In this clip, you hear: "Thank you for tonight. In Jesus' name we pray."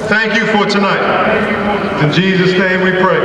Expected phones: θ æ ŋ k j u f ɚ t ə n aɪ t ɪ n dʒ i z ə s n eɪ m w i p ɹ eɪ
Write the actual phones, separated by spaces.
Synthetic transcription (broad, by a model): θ æ ŋ k j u f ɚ t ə n aɪ t ɪ n dʒ i z ə s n eɪ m w i p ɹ eɪ